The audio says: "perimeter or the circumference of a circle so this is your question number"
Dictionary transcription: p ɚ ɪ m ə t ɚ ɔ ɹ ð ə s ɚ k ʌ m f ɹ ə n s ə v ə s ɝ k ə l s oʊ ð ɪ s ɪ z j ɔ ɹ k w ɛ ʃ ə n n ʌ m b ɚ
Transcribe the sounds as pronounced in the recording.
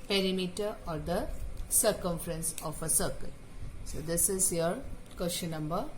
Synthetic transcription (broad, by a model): p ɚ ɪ m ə t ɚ ɔ ɹ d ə s ɚ k ʌ m f ɹ ə n s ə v ə s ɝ k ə l s oʊ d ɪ s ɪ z j ɔ ɹ k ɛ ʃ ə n n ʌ m b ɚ